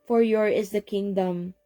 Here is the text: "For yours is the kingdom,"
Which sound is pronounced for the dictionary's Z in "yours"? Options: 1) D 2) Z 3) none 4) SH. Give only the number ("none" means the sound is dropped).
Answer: 3